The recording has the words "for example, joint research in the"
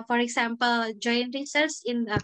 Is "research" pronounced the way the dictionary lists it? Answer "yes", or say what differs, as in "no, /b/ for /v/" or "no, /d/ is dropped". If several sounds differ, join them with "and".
no, /s/ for /tʃ/